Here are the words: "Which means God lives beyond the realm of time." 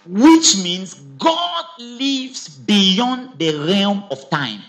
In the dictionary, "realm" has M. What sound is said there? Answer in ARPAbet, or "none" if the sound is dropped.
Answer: M